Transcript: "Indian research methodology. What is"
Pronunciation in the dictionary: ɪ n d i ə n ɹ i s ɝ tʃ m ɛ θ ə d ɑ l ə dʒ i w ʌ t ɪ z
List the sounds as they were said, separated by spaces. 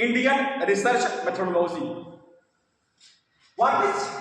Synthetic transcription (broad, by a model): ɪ n d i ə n ɹ i s ɝ tʃ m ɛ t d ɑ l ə z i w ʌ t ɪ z